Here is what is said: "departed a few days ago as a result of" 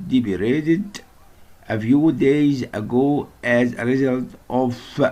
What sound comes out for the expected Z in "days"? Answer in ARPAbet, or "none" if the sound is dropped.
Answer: Z